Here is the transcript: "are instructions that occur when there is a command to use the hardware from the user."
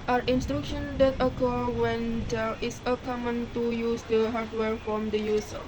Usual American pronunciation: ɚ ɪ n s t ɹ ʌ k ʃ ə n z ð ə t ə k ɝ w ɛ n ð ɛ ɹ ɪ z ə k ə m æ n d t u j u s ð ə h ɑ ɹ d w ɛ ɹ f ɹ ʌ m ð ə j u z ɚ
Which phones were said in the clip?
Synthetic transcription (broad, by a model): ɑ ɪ n s t ɹ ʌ k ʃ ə n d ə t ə k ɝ w ɛ n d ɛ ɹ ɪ s ə k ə m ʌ n t u j u s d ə h ɑ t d w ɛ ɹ f ɹ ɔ m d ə j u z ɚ